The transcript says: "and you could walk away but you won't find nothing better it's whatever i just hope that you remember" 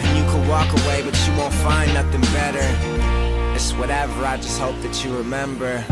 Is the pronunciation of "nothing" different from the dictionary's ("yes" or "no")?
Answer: no